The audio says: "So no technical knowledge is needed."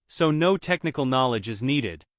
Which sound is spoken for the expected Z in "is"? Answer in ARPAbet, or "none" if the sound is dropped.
Z